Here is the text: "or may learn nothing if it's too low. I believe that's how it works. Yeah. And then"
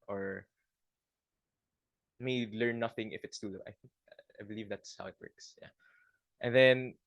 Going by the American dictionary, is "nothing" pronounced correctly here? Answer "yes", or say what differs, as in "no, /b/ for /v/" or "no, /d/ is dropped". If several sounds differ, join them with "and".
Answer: yes